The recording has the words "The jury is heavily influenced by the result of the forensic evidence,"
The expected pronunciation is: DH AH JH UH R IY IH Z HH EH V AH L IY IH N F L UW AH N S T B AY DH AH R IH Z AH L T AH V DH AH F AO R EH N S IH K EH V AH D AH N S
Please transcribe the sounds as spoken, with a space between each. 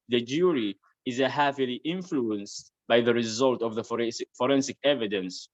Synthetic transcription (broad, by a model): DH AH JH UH R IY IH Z HH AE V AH L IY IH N F L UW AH N S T B AY DH AH R IH Z AH L T AH V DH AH F AO R EH N S IH K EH V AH D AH N S